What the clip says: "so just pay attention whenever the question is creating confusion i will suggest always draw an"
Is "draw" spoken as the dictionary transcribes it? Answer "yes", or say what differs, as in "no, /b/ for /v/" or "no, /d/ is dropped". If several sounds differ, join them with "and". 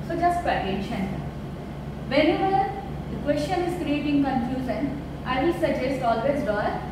no, /ɹ/ is dropped